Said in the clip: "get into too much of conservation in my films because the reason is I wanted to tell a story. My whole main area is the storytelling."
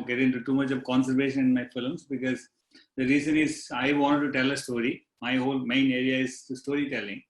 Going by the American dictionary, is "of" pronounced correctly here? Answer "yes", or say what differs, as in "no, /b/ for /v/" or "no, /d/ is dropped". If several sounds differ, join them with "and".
yes